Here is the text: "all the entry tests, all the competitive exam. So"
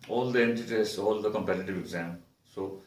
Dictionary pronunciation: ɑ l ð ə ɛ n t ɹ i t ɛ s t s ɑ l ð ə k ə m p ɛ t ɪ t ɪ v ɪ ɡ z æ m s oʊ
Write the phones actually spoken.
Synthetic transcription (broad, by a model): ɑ l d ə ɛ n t i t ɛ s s ɑ l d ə k ə m p ɛ t ɪ t ɪ v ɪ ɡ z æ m s oʊ